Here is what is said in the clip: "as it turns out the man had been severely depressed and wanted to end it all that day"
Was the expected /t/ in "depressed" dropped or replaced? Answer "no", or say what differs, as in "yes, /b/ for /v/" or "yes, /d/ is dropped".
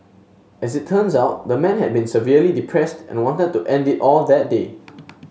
no